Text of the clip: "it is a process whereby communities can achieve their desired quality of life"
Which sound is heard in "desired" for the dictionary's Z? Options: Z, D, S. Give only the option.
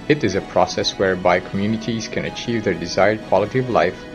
Z